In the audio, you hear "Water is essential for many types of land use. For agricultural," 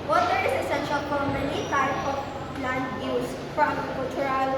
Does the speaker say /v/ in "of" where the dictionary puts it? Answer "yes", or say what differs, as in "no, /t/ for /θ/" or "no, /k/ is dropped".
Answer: no, /p/ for /v/